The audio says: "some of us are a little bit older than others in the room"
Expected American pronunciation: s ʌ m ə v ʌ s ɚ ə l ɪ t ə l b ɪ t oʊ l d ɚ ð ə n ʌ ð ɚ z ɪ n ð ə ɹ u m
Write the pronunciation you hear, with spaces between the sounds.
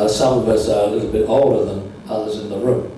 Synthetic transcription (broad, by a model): s ʌ m ə v ʌ s ɚ ə l ɪ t l b ɪ t oʊ l d ɚ ð ə n ʌ ð ɚ z ɪ n ð ə ɹ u m